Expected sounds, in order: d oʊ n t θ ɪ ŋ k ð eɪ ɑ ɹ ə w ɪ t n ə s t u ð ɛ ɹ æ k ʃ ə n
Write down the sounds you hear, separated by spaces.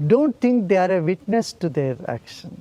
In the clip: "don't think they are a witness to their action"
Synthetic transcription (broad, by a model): d oʊ n t t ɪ ŋ k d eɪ ɑ ɹ ə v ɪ t n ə s t u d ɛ ɹ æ k ʃ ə n